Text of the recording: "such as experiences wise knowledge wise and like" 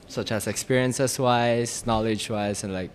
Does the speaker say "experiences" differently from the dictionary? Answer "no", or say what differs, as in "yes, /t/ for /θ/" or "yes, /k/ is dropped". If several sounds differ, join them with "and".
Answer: yes, /s/ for /z/